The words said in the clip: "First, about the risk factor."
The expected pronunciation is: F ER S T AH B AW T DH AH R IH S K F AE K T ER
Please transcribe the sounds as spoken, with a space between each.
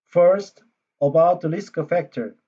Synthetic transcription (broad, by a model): F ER S T AH B AW T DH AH L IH S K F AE K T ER